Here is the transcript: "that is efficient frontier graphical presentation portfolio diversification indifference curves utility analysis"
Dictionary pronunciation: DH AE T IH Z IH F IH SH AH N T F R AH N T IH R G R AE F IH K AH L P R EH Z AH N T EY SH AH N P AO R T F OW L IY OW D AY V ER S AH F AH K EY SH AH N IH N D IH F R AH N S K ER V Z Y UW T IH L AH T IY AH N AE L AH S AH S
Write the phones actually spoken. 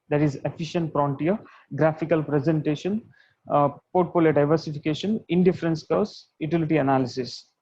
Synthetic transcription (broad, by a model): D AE T IH Z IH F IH SH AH N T P R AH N T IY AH G R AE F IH K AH L P R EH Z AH N T EY SH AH N P AO R T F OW L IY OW D AY V ER S AH F AH K EY SH AH N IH N D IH F R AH N S K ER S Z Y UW T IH L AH T IY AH N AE L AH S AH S